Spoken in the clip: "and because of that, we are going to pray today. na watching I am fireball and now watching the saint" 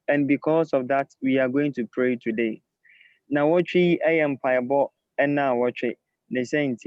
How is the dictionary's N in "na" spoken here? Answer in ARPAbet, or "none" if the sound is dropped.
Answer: N